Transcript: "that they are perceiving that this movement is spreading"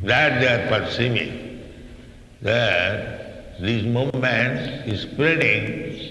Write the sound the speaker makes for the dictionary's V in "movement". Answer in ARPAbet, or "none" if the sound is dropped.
none